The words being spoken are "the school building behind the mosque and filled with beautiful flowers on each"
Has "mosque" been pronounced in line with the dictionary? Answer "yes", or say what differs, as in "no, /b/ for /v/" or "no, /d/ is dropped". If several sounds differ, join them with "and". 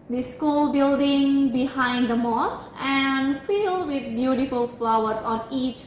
no, /k/ is dropped